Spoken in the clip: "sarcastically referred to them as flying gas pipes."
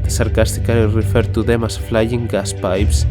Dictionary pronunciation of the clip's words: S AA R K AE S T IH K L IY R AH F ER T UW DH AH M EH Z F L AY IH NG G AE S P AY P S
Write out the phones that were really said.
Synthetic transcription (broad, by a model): S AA R K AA S T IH K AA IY R AH F ER T UW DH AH M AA S F L AY IH NG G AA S P AY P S